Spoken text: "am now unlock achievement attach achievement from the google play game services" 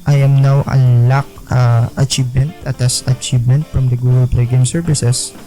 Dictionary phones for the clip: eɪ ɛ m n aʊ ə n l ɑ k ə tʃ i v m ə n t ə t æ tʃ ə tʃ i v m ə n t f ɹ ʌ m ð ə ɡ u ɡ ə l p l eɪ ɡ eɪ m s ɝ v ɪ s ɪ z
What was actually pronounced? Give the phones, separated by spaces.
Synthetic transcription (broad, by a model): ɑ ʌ m n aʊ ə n l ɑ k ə tʃ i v m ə n t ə t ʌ s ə tʃ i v m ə n t f ɹ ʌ m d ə ɡ u ɡ ə l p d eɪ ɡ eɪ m s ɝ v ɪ s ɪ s